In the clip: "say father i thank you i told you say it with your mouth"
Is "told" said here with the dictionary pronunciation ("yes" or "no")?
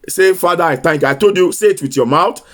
no